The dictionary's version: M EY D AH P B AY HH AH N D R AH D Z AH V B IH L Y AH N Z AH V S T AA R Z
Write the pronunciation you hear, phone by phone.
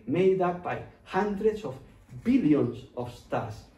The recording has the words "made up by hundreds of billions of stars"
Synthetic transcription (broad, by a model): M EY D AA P B AY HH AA N D R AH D S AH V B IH L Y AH N S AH F S T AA R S